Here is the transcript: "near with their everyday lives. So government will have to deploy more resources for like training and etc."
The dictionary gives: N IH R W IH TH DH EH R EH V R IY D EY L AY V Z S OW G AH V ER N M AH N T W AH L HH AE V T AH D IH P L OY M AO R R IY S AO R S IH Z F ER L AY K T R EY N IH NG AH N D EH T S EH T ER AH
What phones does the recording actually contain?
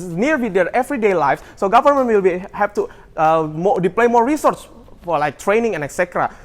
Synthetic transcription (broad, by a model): N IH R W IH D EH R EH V R IY D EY L AY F S OW G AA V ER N M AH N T W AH L HH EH P T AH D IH P L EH M AO R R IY S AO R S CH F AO L AY K T R EY N IH NG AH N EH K S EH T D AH